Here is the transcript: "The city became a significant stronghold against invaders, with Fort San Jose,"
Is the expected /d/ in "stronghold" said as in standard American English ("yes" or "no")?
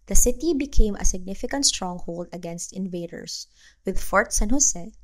yes